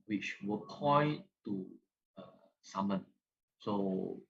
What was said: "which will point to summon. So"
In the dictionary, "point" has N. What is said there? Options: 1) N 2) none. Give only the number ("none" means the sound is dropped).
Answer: 2